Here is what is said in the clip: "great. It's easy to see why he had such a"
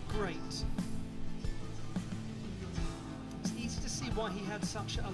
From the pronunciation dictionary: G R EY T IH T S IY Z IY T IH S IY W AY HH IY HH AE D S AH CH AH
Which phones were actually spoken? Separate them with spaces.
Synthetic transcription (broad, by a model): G R EY T IH T S IY Z IY T IH S IY W AY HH IY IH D S AH CH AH